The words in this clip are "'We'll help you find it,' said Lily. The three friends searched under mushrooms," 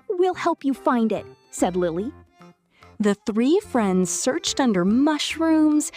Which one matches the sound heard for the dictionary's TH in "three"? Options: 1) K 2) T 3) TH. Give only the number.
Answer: 3